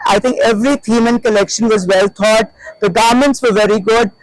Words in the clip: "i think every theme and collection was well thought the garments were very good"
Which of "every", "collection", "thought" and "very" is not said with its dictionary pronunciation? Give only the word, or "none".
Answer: thought